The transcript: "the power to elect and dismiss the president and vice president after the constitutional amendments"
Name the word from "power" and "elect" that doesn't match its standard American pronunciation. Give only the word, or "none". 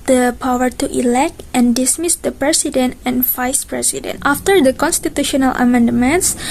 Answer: none